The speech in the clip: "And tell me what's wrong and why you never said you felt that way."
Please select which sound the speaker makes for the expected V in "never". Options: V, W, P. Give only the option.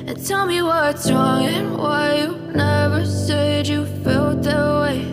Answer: V